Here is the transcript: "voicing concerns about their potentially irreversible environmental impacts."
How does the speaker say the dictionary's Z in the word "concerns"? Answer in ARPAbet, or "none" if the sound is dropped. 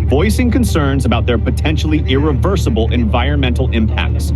Z